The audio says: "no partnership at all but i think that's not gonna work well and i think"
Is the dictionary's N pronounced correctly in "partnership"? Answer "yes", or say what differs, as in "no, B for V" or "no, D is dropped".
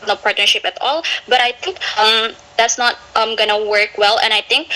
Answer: yes